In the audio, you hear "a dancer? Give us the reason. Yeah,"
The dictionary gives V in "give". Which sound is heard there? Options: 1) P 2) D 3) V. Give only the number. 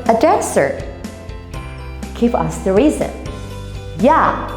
1